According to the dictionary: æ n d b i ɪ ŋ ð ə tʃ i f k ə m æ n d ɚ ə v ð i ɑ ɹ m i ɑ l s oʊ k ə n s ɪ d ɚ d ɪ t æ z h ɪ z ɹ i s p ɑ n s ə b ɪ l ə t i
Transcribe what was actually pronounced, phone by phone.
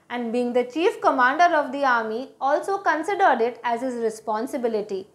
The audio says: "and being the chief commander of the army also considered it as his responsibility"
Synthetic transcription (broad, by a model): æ n d b i ɪ ŋ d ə tʃ i f k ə m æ n d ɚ ə v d i ɑ ɹ m i ɑ l s oʊ k ə n s ɪ d ɚ d ɪ t æ z h ɪ z ɹ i s p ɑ n s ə b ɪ l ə t i